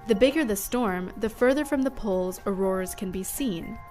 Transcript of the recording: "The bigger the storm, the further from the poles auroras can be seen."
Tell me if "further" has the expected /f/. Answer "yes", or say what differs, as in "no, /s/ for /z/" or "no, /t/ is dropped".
yes